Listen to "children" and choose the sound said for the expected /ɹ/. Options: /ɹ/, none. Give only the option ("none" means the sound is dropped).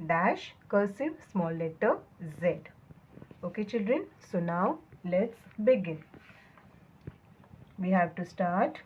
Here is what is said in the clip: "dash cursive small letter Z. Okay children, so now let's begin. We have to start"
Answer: /ɹ/